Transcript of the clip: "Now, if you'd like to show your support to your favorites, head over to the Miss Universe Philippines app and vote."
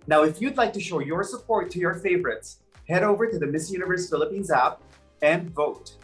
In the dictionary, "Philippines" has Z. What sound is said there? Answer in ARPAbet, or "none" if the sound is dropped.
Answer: Z